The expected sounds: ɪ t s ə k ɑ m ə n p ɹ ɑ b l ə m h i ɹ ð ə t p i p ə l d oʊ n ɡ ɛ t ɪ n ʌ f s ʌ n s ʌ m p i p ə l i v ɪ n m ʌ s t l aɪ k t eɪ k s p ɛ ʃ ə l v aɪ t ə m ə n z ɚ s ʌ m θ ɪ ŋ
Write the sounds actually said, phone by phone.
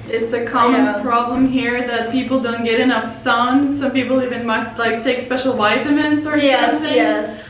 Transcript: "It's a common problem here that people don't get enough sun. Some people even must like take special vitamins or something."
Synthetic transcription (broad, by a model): ɪ t s ə k ɑ m ə n p ɹ ɑ b l ə m h i ɹ ð ə t p i p l d oʊ n ɡ ɛ t ɪ n ʌ f s ʌ n s ʌ m p i p l i v ɪ n m ʌ s t l aɪ k t eɪ k s p ɛ ʃ l w aɪ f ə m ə n s ɚ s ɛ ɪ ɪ